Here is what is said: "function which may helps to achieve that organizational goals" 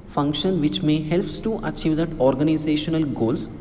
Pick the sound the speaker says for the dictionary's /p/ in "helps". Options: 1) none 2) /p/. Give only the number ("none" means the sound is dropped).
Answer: 2